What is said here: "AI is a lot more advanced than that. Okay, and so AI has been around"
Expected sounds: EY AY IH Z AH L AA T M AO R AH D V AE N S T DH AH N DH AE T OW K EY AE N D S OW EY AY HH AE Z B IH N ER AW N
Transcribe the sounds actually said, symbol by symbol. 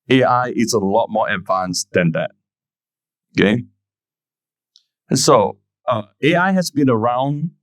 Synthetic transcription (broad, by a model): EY AY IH S AH L AA T M AO R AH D V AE N S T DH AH N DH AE T OW K EY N S OW EY AY HH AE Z B IH N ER AW N